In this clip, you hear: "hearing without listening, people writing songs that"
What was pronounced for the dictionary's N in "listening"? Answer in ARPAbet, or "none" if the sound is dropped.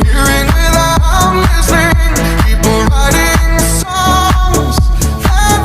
none